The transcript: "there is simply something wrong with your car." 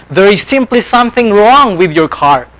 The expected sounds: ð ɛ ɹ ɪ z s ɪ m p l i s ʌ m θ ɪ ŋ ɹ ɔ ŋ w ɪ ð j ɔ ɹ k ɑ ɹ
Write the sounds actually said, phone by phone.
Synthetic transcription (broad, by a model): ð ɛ ɹ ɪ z s ɪ m p l i s ʌ m θ ɪ ŋ ɹ ɔ ŋ w ɪ ð j ɔ ɹ k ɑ ɹ